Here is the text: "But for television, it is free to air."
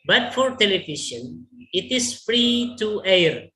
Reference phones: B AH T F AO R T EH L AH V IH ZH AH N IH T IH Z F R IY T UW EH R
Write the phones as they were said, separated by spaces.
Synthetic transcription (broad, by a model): B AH T F AO R T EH L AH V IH SH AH N IH T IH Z F R IY T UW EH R